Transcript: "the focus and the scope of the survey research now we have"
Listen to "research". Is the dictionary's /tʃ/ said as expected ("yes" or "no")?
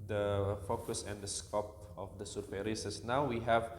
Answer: no